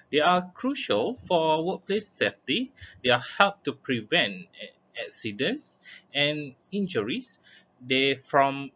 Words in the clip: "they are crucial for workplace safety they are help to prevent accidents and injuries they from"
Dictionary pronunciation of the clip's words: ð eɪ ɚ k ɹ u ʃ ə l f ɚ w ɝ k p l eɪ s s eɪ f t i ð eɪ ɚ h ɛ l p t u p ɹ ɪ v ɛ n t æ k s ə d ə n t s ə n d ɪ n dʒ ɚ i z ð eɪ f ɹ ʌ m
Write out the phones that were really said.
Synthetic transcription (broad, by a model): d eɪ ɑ k ɹ u ʃ ə l f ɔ w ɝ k p l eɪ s s eɪ f t i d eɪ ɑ h ɛ l p t u p ɹ ɪ v ɛ n t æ k s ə d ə n s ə n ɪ n dʒ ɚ i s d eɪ f ɹ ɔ m